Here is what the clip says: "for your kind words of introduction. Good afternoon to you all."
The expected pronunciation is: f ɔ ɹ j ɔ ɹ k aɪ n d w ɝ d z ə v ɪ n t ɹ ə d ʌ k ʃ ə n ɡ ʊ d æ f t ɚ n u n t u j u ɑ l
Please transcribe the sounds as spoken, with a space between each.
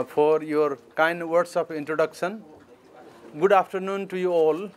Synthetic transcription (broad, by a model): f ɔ ɹ j ɔ ɹ k aɪ n d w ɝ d s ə p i n t ɹ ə d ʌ k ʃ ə n ɡ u d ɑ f t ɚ n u n t u j u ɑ l